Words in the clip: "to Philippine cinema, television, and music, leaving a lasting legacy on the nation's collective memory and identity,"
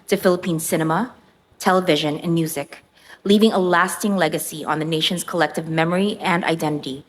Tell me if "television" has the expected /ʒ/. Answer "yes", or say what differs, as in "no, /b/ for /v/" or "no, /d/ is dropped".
yes